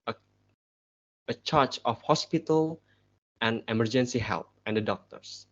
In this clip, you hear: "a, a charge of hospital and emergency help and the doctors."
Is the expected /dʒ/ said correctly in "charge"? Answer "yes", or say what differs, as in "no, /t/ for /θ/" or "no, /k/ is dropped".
no, /tʃ/ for /dʒ/